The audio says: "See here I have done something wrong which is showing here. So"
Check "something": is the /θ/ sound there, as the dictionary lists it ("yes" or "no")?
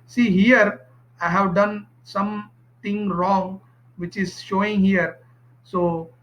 no